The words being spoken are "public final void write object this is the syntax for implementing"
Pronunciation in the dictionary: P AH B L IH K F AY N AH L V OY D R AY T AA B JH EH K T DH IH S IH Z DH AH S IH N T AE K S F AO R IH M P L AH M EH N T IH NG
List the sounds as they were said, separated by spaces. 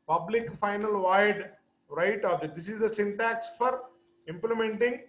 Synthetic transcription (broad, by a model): P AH B L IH K F AY N AH L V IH D R AY T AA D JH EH T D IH S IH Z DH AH S IH N T AE K S F AO R IH M P L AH M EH N T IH NG